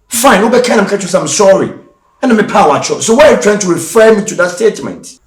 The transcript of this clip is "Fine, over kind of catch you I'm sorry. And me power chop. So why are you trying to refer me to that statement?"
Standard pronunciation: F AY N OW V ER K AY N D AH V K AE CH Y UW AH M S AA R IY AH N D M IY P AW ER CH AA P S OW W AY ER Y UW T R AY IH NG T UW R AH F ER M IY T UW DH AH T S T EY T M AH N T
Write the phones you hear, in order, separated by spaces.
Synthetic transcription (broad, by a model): F AY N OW B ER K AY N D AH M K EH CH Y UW AH M S AA R IY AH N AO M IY P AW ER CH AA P S OW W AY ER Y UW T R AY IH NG T UW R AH F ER M IY T UW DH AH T S T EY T M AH N T